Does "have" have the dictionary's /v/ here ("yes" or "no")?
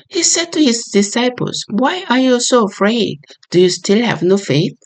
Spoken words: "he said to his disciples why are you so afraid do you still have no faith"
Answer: yes